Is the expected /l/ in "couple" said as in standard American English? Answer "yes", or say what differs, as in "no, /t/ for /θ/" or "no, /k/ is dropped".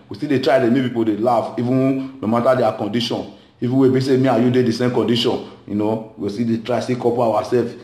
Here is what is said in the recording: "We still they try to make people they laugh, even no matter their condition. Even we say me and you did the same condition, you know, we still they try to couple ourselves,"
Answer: no, /w/ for /l/